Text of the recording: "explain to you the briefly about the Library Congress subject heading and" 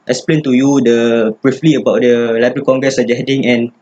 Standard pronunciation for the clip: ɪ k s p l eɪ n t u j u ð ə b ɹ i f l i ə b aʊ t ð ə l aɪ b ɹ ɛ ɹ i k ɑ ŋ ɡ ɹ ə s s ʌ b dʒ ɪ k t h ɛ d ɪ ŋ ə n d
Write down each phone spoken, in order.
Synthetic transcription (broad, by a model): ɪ k s p l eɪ n t u j u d ə b ɹ i f l i ə b aʊ t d ə l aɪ b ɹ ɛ i k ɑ ŋ ɡ ɹ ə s s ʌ dʒ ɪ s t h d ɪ ŋ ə n